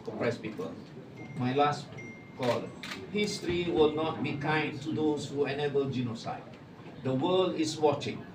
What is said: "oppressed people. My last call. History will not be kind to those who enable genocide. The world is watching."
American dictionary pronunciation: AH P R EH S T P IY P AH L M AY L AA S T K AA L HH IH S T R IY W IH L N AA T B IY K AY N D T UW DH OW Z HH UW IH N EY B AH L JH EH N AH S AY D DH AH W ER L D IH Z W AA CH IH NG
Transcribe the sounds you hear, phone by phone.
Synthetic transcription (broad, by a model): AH P R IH S P IY P AH L M AY L AA S T K AA L HH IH S T R IY W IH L N AA T B IY K AY N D T UW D OW S HH UW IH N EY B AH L JH EH N AH S AY D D AH W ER L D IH S W AA CH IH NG